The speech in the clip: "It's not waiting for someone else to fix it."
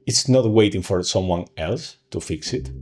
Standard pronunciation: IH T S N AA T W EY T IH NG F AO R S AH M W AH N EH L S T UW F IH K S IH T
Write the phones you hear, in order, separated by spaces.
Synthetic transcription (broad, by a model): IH T S N AA T W EY T IH NG F AO R S AH M W AH N EH L S T UW F IH K S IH T